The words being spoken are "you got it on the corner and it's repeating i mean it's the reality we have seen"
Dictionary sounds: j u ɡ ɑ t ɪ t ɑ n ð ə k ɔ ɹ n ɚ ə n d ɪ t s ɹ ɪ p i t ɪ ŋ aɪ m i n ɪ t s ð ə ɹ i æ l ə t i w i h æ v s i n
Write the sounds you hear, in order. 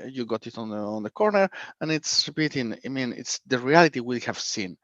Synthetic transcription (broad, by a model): j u ɡ ɑ t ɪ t ɑ n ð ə k ɔ ɹ n ɚ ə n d ɪ t s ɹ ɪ b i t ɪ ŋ aɪ m i n ɪ t s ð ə ɹ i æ l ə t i w i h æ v s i n